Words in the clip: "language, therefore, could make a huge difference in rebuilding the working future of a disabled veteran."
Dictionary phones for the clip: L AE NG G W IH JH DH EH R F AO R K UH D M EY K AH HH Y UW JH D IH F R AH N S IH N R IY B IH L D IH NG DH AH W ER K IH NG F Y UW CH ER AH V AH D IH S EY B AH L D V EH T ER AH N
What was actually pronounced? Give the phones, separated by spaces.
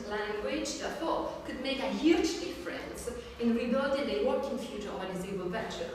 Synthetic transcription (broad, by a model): L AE NG G W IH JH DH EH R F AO K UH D M EY K AH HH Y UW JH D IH F R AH N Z IH N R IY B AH D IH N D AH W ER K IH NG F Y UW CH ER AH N AH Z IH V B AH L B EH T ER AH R